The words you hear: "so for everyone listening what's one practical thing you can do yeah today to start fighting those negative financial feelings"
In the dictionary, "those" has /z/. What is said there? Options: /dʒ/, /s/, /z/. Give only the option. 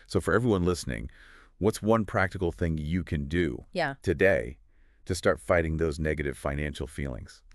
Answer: /z/